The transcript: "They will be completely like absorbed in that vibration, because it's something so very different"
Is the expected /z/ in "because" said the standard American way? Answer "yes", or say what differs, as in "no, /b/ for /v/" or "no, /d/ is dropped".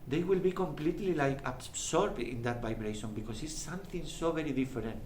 no, /s/ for /z/